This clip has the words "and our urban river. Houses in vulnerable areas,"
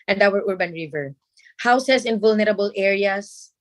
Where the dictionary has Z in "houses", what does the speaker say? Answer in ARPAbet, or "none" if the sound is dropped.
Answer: S